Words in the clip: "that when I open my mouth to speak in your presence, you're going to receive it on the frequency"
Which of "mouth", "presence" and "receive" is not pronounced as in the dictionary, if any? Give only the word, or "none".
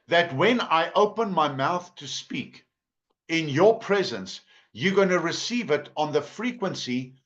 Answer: none